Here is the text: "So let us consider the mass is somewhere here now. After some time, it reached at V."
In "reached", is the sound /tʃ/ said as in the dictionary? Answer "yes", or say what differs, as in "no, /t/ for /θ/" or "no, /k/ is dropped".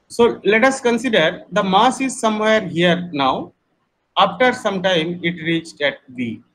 yes